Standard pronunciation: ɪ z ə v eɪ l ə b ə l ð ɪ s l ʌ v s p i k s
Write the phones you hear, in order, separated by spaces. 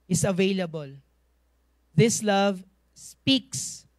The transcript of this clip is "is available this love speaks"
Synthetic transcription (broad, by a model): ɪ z ə v eɪ l ə b ə l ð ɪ s l ʌ v s p i k s